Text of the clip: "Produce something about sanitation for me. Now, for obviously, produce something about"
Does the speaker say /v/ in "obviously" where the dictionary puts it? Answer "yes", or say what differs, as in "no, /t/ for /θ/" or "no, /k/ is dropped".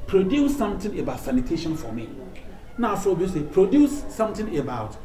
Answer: no, /v/ is dropped